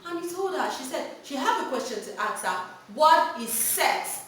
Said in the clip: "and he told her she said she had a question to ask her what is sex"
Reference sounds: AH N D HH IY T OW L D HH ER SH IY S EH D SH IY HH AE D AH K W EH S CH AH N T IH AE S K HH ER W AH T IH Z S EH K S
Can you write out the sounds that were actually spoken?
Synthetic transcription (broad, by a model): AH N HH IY T OW L D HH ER SH IY S EH D SH IY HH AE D AH K W EH S CH AH N T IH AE K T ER W AH T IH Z S EH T